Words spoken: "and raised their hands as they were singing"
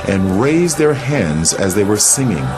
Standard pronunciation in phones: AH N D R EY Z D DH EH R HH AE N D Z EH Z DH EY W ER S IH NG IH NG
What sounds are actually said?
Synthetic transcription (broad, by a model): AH N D R EY Z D DH EH R HH AE N D Z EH Z DH EY W ER S IH NG IH NG